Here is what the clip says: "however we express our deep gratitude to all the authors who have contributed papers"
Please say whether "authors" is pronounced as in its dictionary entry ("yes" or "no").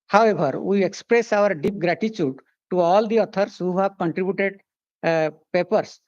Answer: no